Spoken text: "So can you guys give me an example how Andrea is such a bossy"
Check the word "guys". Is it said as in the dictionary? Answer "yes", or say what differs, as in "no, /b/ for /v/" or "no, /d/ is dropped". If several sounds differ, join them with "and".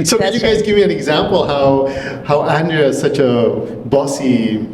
yes